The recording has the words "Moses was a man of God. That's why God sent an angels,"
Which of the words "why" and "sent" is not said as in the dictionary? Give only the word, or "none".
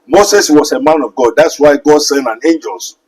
sent